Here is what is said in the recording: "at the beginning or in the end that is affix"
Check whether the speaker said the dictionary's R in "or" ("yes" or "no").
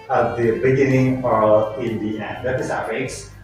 no